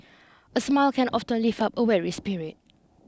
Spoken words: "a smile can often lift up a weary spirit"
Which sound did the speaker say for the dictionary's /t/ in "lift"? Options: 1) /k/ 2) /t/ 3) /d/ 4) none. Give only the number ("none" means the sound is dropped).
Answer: 4